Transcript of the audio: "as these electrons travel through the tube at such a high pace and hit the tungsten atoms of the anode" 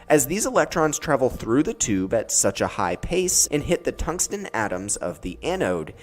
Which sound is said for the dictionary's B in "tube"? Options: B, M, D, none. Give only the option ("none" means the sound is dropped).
B